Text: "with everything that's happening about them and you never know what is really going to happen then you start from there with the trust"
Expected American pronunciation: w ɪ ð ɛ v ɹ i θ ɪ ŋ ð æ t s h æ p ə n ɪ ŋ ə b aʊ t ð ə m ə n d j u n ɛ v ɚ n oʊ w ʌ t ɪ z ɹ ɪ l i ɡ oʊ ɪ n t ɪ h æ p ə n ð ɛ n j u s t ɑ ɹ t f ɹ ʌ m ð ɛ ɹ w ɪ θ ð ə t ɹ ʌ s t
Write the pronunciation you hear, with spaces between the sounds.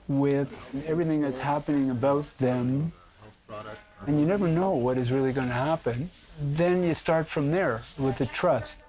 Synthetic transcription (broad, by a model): w ɪ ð ɛ v ɹ i θ ɪ ŋ ð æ t s h æ p ə n ɪ ŋ ə b aʊ t ð ə m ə n j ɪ n ɛ v ɚ n oʊ w ʌ t ɪ z ɹ ɪ l i ɡ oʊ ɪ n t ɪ h æ p ə n ð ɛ n j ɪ s t ɑ ɹ t f ɹ ʌ m ð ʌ ɹ w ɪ ð ə t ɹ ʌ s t